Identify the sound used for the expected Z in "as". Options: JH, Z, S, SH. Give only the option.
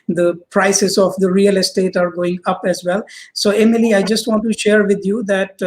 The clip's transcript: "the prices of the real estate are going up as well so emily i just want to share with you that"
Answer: Z